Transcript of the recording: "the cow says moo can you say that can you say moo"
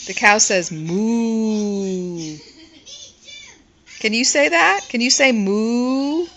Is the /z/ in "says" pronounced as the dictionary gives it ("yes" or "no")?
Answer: yes